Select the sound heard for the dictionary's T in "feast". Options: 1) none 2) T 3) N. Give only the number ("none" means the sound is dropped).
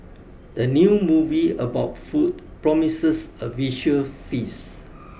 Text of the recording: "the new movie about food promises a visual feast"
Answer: 1